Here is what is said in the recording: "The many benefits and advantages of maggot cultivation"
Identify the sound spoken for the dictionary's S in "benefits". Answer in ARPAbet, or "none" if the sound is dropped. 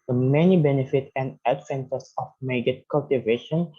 none